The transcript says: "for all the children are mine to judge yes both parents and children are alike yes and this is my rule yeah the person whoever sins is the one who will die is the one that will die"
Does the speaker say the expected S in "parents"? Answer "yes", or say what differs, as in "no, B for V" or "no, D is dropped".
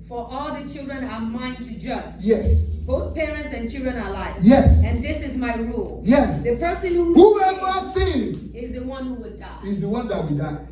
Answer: yes